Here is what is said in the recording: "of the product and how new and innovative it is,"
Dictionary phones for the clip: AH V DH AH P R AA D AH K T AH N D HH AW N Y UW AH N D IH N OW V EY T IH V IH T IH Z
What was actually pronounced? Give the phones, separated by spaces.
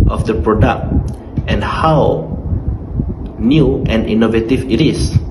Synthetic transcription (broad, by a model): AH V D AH P R AA D AH K T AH N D HH AW N Y UW AH N D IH N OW V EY T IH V IH T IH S